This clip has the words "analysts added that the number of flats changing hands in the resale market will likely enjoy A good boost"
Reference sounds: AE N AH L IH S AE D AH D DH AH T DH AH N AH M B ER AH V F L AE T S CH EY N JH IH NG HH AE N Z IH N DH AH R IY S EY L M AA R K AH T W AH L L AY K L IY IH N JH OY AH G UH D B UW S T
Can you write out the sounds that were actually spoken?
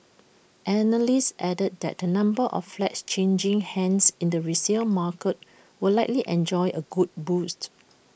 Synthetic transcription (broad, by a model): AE N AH L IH S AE D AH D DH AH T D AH N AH M B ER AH F F L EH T S CH EY N JH IH NG HH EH N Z IH N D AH R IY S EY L M AA K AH T W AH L L AY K L IY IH N JH OY AH G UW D B UW S T